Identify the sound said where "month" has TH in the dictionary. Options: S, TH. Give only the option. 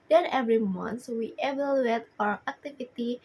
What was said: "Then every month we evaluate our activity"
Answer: S